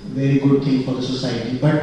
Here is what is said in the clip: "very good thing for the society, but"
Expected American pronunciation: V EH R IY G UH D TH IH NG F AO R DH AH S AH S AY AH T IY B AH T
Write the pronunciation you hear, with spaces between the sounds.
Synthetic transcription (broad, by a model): V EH R IY G UH D T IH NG F AO R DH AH S AH S AY AH T IY B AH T